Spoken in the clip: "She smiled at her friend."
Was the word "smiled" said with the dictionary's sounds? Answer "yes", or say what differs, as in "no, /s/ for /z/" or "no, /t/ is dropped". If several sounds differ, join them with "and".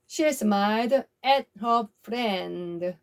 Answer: no, /l/ is dropped